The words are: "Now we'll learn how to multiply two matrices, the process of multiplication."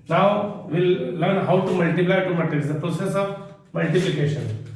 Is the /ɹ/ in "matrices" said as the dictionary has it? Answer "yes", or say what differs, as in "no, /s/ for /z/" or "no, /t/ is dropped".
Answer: no, /ɹ/ is dropped